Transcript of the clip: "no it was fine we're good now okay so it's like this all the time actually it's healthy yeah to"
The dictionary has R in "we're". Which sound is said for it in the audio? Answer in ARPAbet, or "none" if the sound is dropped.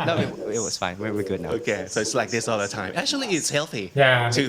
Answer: W